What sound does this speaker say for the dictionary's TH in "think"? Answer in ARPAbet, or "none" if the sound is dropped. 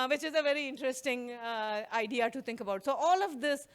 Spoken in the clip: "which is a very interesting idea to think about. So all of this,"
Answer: T